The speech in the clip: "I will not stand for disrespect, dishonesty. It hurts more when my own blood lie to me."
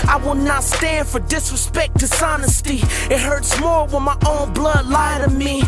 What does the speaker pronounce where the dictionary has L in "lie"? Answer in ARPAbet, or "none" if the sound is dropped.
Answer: L